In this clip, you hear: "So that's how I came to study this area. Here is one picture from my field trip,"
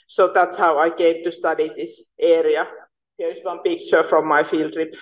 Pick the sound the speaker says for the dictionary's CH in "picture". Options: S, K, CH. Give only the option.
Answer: CH